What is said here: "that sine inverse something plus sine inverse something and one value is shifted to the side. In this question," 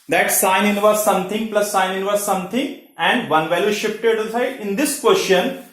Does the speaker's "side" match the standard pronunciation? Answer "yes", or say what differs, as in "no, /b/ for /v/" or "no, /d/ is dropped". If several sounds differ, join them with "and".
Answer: no, /d/ is dropped